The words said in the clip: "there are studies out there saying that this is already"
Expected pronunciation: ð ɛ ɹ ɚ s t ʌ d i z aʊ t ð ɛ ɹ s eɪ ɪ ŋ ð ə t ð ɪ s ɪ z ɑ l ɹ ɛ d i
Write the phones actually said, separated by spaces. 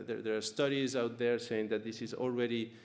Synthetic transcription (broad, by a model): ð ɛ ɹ ɚ s t ʌ d i z aʊ t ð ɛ ɹ s eɪ ɪ ŋ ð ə t ð ɪ s ɪ z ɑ l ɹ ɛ d i